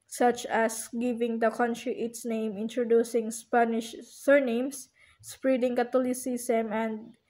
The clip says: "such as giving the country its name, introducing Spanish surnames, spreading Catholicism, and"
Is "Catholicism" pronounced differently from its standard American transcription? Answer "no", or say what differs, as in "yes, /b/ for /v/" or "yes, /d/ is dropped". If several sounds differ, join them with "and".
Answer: yes, /t/ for /θ/ and /s/ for /z/